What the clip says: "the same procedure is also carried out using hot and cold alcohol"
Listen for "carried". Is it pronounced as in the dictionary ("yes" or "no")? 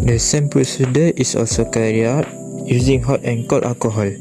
no